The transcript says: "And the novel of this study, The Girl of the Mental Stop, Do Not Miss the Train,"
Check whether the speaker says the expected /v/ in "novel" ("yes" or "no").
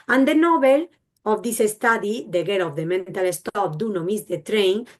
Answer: no